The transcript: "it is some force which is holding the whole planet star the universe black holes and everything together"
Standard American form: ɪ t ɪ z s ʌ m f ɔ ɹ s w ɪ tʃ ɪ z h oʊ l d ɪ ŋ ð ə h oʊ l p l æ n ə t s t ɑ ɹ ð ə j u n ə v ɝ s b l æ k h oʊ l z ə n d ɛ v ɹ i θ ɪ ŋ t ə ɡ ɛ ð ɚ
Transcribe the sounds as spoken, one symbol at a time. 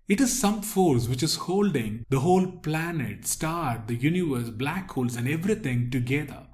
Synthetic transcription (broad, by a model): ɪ t ɪ z s ʌ m f ɔ ɹ s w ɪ tʃ ɪ z h oʊ l d ɪ ŋ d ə h oʊ l p l æ n ə t s t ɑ ɹ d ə j u n ə v ɝ s b l æ k h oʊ l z ə n d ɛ v ɹ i t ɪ ŋ t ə ɡ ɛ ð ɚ